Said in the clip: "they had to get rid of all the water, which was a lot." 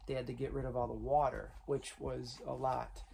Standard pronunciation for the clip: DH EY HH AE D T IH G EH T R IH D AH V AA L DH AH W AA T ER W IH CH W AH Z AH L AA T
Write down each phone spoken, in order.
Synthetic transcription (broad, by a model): DH EY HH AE D T IH G EH T R IH D AH V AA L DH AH W AA T ER W IH CH W AH Z AH L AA T